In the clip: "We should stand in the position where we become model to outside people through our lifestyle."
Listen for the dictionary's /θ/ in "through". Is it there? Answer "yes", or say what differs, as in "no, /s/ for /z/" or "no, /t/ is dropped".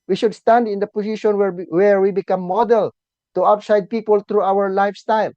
no, /t/ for /θ/